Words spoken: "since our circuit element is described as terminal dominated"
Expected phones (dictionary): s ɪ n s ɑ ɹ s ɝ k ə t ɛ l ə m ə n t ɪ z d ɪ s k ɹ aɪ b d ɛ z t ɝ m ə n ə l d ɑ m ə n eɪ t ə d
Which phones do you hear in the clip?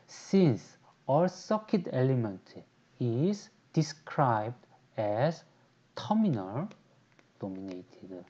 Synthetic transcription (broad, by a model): s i n s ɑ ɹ s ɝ k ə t ɛ l ə m ə n t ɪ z d ɪ s k ɹ aɪ b d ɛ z t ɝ m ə n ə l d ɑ m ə n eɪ t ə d